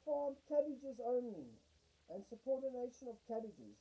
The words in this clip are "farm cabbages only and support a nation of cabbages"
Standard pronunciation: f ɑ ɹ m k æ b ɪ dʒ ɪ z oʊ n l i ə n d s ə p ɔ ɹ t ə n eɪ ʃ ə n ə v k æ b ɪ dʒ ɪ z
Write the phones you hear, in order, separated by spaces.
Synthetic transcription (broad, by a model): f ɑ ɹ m k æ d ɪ dʒ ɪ z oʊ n i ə n s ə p ɔ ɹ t ə n eɪ ʃ ə n ə v k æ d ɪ dʒ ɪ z